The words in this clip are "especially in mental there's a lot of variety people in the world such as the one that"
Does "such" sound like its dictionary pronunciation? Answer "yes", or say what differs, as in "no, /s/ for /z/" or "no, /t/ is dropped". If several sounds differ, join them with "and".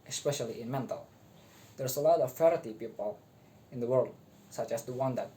yes